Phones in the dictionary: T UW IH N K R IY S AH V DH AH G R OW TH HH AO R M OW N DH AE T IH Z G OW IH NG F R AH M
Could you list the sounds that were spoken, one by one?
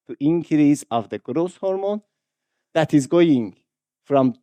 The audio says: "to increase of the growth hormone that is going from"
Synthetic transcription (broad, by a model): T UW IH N K R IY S AH V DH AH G R OW S HH AO R M OW N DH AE T IH Z G OW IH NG F R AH M